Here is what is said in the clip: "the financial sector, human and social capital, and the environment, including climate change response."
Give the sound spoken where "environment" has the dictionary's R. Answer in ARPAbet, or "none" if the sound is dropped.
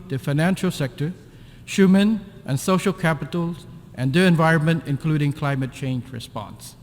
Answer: R